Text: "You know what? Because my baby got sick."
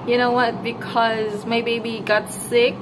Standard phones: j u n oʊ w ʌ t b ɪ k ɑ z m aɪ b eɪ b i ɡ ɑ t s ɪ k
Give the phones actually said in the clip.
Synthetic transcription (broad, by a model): j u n oʊ w ʌ t b ɪ k ɑ z m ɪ b eɪ b i ɡ ɑ t s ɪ k